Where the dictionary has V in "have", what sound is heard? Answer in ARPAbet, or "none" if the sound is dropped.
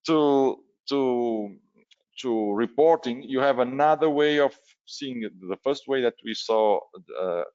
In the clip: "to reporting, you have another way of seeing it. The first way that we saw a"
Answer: V